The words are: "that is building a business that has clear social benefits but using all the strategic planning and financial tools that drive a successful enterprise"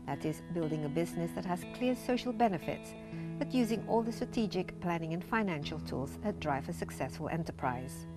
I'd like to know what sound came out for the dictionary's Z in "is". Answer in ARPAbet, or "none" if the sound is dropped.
Z